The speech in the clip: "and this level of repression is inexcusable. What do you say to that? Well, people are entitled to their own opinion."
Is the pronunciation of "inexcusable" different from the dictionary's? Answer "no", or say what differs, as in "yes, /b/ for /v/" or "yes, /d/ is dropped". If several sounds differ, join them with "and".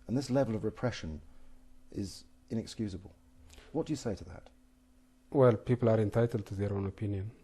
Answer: no